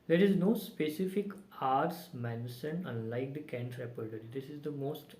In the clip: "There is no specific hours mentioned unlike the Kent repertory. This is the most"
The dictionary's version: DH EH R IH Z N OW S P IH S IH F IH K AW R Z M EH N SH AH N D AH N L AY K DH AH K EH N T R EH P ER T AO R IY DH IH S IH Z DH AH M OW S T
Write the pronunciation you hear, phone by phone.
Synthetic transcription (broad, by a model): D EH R IH Z N OW S P IH S IH F IH K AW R S M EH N S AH N AH N L AY K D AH K EH N T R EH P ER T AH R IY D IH S IH Z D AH M OW S T